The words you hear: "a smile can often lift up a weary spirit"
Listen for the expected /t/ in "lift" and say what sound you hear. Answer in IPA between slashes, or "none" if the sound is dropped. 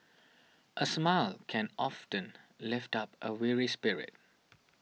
/t/